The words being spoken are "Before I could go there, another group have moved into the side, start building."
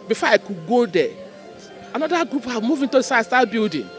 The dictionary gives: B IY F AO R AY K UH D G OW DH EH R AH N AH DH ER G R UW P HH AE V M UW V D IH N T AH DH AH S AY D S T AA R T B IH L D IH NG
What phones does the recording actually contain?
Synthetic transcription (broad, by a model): B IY F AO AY K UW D G OW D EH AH N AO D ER G R UW P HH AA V M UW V IH N T AH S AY S T AA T B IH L D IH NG